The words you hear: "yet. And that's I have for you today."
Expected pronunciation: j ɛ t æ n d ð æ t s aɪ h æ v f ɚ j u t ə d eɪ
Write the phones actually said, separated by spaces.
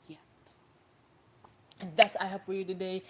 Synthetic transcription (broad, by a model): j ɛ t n ð æ t s aɪ h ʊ p f ɚ j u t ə d eɪ